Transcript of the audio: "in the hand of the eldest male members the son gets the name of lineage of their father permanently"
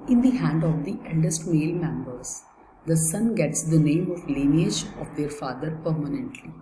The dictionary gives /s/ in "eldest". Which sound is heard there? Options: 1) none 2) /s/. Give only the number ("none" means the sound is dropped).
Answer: 2